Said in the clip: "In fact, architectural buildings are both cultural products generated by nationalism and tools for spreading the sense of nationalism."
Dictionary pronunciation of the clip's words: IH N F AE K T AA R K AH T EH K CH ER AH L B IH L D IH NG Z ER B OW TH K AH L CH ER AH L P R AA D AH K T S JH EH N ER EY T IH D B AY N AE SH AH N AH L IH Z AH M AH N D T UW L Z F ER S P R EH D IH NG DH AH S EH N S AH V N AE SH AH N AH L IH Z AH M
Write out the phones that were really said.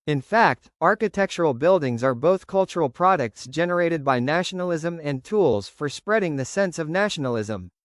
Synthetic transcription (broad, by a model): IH N F AE K T AA R K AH T EH K CH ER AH L B IH L D IH NG Z ER B OW TH K AH L CH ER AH L P R AA D AH K T S JH EH N ER EY T IH D B AY N AE SH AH N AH L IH Z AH M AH N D T UW L Z F ER S P R EH D IH NG DH AH S EH N S AH V N AE SH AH N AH L IH Z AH M